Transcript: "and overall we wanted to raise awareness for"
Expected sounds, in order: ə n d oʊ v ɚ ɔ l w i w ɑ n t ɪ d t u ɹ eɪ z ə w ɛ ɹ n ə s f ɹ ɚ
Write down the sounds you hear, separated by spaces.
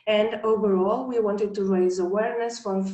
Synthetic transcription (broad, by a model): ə n d oʊ v ɚ ɔ l w i w ɑ n t ɪ d t u ɹ eɪ z ə w ɛ ɹ n ə s f ɹ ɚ